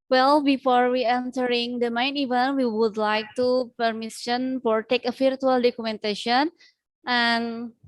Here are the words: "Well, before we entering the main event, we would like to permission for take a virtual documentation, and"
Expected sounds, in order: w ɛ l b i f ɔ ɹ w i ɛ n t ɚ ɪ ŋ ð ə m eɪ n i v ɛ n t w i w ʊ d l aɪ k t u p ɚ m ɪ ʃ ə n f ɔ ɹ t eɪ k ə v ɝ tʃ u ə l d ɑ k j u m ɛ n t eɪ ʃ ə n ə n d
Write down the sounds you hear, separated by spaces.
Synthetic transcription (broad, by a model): w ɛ l b i f ɔ ɹ w i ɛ n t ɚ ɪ ŋ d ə m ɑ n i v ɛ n w i w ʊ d l aɪ k t u p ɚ m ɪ s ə n f ɔ ɹ t eɪ k ə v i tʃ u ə l d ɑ k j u m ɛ n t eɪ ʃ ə n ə n